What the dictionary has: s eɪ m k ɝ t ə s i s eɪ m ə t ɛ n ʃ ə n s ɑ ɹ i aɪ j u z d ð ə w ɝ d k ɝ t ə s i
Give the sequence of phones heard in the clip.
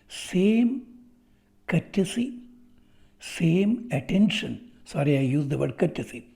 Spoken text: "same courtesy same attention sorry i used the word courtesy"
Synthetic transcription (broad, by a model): s eɪ m k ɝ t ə s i s eɪ m ə t ɛ n ʃ ə n s ɑ ɹ i aɪ j u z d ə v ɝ d k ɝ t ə s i